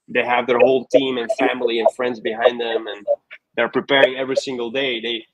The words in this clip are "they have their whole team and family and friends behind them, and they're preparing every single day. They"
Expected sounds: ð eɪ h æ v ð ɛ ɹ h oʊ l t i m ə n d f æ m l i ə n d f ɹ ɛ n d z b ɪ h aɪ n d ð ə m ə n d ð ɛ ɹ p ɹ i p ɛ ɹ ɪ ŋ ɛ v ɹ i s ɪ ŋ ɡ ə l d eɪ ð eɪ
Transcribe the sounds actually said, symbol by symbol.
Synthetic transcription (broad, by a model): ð eɪ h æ v ð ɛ ɹ h oʊ l t i m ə n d f æ m l i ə n f ɹ ɛ n d z b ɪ h aɪ n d ð ə m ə n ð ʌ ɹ p ɹ i p ɛ ɹ ɪ ŋ ɛ v ɹ i s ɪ ŋ ɡ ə l d eɪ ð eɪ